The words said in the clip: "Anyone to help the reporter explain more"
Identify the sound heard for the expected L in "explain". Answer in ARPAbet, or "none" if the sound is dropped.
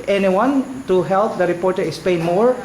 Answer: none